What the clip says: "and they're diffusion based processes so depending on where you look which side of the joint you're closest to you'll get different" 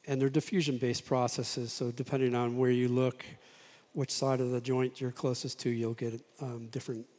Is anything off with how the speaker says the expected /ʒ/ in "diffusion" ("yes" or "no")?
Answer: no